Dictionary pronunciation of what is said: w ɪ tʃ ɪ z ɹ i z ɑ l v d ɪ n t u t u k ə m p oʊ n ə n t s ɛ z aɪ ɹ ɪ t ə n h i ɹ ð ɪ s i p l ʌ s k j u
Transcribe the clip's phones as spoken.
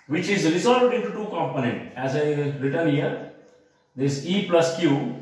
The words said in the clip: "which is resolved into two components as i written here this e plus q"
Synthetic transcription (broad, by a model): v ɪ tʃ ɪ z ɹ i z ɑ l v d ɪ n t u t u k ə m p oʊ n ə n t ɛ z aɪ ɹ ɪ t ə n h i ɹ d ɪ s i p l ʌ s k j u